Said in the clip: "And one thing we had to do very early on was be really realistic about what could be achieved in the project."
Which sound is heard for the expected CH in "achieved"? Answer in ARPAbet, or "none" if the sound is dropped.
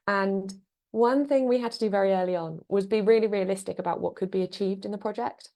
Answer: CH